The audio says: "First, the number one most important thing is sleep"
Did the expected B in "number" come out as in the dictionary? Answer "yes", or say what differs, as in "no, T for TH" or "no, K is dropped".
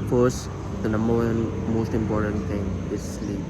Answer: no, B is dropped